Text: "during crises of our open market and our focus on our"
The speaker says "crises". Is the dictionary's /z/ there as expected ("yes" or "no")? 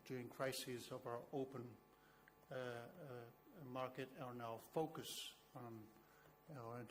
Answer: yes